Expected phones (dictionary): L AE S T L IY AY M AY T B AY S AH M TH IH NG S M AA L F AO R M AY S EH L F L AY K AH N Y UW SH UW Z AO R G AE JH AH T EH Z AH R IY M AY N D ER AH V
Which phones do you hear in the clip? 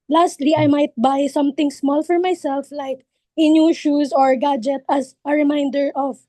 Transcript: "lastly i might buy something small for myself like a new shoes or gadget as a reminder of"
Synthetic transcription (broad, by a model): L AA S T L IY AY M AY T B AY S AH M T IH NG S M AA L F AO R M AY S EH L F L AY K AH N Y UW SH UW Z AO R G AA JH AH T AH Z AH R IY M AY N D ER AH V